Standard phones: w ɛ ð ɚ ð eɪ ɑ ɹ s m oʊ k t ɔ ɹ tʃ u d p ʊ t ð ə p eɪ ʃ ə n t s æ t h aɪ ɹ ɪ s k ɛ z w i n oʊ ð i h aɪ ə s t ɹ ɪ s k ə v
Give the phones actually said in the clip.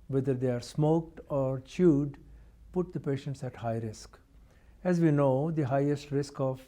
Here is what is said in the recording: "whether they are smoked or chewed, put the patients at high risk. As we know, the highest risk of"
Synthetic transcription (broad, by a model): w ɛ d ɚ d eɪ ɑ ɹ s m oʊ k t ɔ ɹ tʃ u d p ʊ t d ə p eɪ ʃ ə n t s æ t h aɪ ɹ ɪ s k ɛ z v i n oʊ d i h aɪ ə s t ɹ ɪ s k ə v